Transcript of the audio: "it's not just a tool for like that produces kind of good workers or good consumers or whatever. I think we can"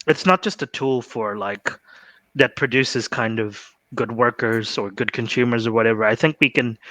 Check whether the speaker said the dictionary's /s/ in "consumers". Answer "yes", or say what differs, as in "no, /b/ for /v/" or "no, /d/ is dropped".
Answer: yes